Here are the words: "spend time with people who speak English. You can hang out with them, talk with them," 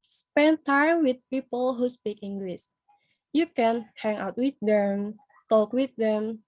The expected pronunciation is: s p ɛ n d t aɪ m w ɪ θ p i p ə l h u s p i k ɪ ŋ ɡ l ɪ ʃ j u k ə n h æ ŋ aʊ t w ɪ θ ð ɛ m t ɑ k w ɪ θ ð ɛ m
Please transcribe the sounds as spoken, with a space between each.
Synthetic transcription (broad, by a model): s p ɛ n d t aɪ m w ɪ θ p i p ə l h u s p i k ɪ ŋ ɡ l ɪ s j u k ə n h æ ŋ aʊ t w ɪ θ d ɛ m t ɑ k w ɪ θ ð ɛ m